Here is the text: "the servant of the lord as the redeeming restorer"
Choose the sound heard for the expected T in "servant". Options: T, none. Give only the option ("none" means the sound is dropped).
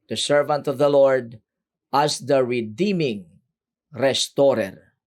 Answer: T